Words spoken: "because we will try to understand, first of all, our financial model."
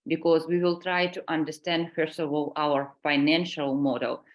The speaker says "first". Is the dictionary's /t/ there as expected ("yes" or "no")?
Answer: no